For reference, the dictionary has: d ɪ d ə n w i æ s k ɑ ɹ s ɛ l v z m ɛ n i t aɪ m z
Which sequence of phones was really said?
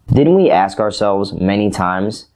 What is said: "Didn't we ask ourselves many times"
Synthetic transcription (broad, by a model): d ɪ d n w i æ s k ɑ ɹ s ɛ l v z m ɛ n i t aɪ m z